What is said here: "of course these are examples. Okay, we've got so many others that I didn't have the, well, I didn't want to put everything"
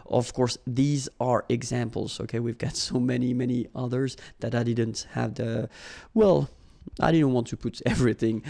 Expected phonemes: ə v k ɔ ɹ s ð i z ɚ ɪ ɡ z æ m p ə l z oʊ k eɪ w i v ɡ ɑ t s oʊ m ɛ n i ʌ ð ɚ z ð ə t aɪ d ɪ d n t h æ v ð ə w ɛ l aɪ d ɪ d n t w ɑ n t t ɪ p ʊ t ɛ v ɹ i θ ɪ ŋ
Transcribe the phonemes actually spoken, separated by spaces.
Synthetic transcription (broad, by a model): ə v k ɔ ɹ s ð i z ɚ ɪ ɡ z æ m p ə l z oʊ k eɪ w i v ɡ ɑ t s oʊ m ɛ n i ʌ ð ɚ z ð ə t aɪ d ɪ d n t h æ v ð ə w ɛ l aɪ d ɪ d n t w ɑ n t t ɪ p ʊ t ɛ v ɹ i θ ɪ ŋ